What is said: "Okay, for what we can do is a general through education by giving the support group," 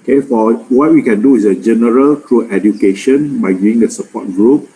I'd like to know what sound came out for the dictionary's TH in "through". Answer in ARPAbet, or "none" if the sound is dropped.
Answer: T